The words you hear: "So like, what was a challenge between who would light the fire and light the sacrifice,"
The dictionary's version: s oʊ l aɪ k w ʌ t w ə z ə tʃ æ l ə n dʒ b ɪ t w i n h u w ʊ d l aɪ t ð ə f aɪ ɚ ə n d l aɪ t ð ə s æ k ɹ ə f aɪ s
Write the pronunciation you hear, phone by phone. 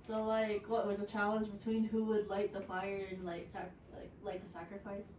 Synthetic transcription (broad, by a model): s oʊ l aɪ k w ʌ t w ə z ə tʃ æ l ə n dʒ b ɪ t w i n h u w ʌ d l aɪ t ð ə f aɪ ɚ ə n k l aɪ t ð ə s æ k ɹ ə f aɪ s